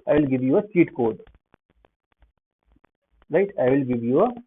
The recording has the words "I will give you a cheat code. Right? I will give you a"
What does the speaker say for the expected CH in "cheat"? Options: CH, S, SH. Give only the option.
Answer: S